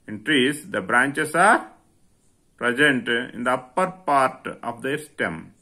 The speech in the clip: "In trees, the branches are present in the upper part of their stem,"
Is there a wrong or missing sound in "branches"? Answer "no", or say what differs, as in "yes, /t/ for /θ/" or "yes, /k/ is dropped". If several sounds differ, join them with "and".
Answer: yes, /s/ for /z/